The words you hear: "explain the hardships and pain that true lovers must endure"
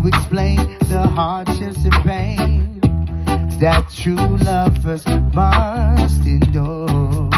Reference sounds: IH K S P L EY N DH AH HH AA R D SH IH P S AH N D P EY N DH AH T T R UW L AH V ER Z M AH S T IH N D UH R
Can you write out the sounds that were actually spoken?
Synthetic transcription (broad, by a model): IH K S P L EY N DH AH HH AA R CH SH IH S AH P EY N DH AH T T R UW L AH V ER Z M AH S T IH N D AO